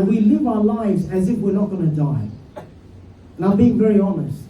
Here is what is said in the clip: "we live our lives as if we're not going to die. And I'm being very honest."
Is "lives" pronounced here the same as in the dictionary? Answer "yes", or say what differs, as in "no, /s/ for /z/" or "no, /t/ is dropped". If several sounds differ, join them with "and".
yes